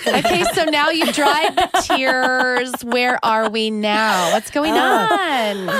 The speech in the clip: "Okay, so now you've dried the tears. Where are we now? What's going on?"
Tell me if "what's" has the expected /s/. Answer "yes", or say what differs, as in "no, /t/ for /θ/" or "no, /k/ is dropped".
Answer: yes